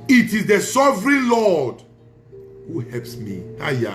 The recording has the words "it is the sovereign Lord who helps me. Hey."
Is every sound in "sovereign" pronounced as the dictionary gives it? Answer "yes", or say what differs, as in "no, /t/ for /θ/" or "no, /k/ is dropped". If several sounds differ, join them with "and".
yes